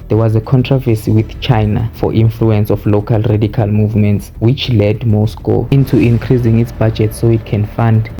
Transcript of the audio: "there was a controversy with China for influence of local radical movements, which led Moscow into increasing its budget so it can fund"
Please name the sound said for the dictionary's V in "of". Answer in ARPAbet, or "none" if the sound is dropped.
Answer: F